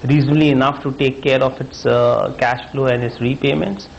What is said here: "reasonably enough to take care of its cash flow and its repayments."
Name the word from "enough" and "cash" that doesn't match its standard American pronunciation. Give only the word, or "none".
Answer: none